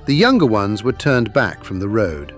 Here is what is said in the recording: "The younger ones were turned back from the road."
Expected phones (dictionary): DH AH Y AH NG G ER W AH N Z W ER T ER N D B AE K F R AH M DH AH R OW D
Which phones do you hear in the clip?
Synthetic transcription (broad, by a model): DH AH Y AH NG G ER W AH N Z W ER T ER N B AE K F R AH M DH AH R OW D